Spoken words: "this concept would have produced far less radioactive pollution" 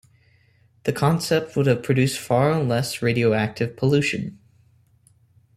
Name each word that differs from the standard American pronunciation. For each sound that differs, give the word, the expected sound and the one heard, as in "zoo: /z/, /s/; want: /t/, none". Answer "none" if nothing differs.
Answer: this: /s/, none